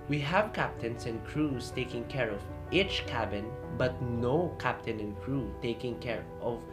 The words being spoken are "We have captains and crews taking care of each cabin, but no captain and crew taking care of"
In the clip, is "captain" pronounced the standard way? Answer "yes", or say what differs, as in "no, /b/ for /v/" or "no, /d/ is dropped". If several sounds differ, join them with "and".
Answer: yes